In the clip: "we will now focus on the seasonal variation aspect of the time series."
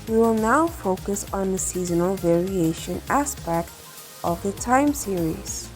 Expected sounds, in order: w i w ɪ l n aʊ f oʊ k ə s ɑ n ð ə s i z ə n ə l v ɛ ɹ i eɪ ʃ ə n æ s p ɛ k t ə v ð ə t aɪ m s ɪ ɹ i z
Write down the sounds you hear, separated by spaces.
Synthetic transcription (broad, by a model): w i w ɪ l n aʊ f oʊ k ə s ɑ n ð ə s i z ə n ə l v ɛ ɹ i eɪ ʃ ə n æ s p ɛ k t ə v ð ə t aɪ m s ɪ ɹ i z